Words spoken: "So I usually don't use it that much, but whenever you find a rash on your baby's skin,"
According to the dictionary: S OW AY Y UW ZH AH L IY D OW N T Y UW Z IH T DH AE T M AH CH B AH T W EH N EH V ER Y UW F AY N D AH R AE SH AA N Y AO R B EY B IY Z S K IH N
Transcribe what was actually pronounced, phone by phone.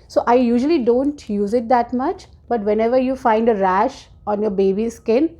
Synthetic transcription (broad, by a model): S OW AY Y UW ZH AH L IY D OW N T Y UW Z IH T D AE T M AH CH B AH T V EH N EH V ER Y UW F AY N D AH R AE SH AA N Y AO R B EY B IY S K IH N